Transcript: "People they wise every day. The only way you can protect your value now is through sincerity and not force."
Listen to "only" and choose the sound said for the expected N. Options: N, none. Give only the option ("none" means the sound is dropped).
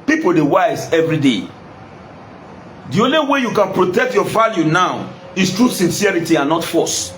N